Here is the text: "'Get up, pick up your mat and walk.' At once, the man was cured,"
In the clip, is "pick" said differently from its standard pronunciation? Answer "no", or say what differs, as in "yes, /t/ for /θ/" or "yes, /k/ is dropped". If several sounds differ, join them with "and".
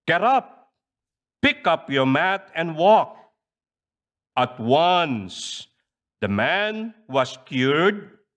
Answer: no